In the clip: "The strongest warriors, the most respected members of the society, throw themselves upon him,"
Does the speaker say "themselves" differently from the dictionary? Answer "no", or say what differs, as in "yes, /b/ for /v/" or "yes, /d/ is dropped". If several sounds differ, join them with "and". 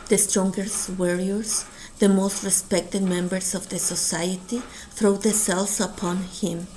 yes, /m/ is dropped